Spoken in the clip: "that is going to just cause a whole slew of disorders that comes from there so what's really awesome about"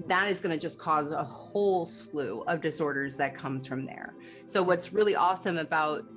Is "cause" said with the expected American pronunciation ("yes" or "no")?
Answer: yes